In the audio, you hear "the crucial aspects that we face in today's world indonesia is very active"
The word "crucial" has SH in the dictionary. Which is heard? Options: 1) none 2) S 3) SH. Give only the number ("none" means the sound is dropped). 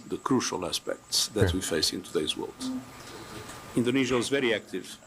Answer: 3